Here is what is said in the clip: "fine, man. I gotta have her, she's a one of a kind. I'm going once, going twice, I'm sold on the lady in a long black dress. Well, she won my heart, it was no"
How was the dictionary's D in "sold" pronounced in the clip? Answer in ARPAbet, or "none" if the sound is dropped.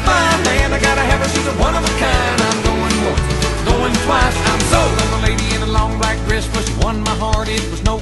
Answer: none